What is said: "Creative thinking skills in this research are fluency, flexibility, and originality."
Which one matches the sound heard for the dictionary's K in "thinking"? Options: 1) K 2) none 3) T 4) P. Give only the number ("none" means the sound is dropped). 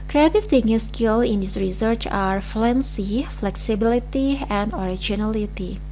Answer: 2